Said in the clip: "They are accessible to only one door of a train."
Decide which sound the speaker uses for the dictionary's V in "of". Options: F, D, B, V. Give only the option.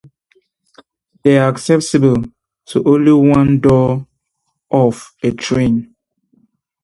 F